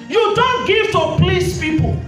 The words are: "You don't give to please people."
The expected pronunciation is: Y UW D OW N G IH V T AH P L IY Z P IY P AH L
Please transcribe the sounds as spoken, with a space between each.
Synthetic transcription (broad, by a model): Y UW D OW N G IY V T AH P L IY S P IY P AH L